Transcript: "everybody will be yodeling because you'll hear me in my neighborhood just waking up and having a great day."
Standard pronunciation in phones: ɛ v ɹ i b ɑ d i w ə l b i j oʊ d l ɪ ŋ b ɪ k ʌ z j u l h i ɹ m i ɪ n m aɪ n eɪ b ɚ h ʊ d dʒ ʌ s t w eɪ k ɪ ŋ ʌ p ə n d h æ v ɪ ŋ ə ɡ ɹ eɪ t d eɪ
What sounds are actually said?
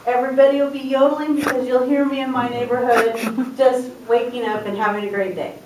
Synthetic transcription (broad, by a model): ɛ v ɹ i b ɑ d i w ə l b i j oʊ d l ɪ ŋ b ɪ k ʌ z j u l h i ɹ m i ɪ n m aɪ n eɪ b ɚ h ʊ d dʒ ʌ s t w eɪ k ɪ ŋ ʌ p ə n h æ v ɪ ŋ ə ɡ ɹ eɪ t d eɪ